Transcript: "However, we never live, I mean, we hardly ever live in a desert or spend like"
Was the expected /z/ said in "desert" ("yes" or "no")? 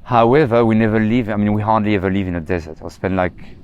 yes